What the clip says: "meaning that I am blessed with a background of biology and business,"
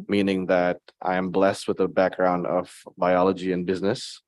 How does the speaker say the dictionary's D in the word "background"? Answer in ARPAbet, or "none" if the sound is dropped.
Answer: D